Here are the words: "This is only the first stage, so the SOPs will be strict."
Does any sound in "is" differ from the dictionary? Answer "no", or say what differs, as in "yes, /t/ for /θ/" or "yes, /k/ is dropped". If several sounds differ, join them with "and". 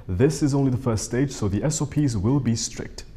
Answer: no